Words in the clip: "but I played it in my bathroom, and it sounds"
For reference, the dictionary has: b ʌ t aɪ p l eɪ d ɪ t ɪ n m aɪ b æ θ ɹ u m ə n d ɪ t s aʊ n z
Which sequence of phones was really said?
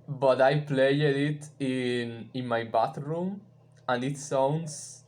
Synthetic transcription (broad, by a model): b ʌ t aɪ p l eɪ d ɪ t ɪ n m aɪ b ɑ t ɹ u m ə n d ɪ t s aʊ n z